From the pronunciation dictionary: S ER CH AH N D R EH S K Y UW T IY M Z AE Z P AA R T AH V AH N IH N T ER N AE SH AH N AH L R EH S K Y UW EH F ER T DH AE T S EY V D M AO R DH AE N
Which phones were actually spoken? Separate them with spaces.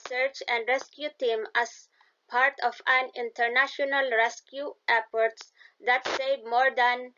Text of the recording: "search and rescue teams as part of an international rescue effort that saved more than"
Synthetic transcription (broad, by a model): S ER CH AH N D R EH S K Y UW T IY M AE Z P AA R T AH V AH N IH N T ER N AE SH AH N AH L R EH S K Y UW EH P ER T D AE T S EY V M AO R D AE N